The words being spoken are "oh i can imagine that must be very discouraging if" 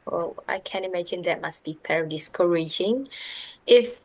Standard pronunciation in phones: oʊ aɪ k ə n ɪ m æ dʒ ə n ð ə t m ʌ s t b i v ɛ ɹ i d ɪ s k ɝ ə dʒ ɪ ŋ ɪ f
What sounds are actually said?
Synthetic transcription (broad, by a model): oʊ aɪ k ə n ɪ m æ dʒ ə n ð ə t m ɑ s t b i p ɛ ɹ d ɪ s k ɝ ə dʒ ɪ ŋ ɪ f